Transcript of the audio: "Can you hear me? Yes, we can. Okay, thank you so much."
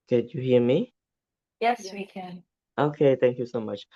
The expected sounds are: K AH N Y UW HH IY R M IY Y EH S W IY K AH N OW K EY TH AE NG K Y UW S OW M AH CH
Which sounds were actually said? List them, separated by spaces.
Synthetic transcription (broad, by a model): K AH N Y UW HH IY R M IY Y EH S W IY K AH N OW K EY T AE NG K Y UW S OW M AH CH